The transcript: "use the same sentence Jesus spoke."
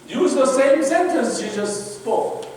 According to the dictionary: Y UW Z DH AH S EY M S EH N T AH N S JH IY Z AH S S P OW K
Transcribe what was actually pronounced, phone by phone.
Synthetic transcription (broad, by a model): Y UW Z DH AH S EY M S EH N T AH N S SH IY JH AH S S P OW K